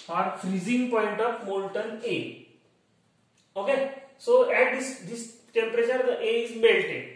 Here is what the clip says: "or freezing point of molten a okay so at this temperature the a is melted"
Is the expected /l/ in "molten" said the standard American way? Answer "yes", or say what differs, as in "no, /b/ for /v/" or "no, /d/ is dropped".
no, /n/ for /l/